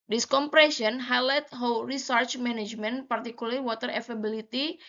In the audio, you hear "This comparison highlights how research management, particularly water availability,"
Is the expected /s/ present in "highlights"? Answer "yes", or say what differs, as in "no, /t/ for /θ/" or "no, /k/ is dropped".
no, /s/ is dropped